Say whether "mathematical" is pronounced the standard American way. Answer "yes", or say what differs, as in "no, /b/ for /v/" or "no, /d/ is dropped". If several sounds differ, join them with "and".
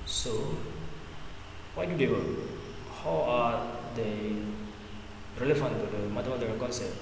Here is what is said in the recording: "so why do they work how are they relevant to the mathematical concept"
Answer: no, /t/ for /θ/ and /k/ is dropped